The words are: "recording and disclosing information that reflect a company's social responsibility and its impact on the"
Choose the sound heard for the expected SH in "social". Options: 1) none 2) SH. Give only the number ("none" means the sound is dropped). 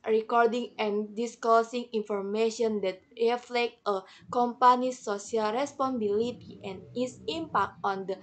1